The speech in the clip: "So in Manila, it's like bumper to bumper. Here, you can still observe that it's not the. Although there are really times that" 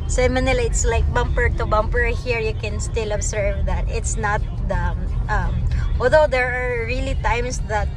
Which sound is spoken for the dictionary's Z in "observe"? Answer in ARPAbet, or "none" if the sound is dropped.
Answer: S